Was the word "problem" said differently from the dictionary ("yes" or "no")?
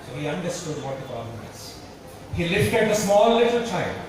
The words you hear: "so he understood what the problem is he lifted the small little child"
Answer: yes